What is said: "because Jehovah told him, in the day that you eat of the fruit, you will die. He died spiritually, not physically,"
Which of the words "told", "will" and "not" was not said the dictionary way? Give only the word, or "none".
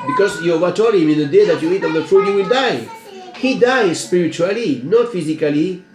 told